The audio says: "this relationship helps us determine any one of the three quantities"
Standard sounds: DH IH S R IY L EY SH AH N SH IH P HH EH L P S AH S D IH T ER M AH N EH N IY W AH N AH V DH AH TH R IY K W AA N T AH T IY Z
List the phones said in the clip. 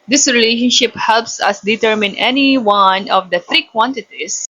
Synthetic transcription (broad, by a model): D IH S R IY L EY SH AH N SH IH P HH EH L P S AH S D IH T ER M AH N EH N IY W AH N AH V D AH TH R IY K W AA N T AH T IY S